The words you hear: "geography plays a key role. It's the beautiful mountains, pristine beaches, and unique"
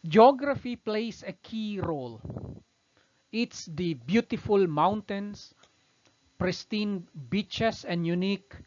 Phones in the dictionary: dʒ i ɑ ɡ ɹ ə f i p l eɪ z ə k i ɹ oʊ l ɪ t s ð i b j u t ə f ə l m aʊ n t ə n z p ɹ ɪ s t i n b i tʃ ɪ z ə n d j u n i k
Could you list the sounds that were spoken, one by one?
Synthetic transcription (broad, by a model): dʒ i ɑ ɡ ɹ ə f i p l eɪ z ə k i ɹ oʊ l ɪ t s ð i b j u t ə f ə l m aʊ n t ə n s p ɹ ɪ s t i n b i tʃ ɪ s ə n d j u n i k